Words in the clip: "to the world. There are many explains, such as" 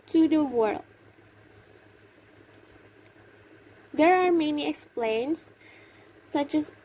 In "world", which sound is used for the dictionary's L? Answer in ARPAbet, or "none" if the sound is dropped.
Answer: L